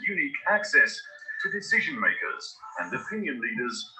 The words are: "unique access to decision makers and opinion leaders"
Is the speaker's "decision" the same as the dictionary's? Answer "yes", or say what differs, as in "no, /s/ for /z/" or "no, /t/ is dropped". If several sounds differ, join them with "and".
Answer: yes